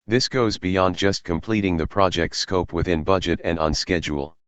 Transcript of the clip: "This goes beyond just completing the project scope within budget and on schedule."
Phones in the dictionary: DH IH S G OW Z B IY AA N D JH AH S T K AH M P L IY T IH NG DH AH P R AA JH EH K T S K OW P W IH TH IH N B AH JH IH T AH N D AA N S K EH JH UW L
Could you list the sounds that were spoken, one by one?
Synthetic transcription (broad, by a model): DH IH S G OW Z B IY AA N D JH AH S T K AH M P L IY T IH NG DH AH P R AA JH EH K T S K OW P W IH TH IH N B AH JH IH T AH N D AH N S K EH JH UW L